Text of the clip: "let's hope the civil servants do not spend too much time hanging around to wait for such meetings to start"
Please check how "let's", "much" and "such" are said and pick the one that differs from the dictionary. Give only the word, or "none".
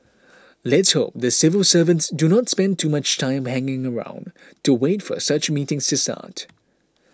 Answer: none